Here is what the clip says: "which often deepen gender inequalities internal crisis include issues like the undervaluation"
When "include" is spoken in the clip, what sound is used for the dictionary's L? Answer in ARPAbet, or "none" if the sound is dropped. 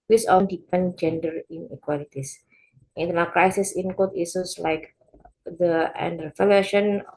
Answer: none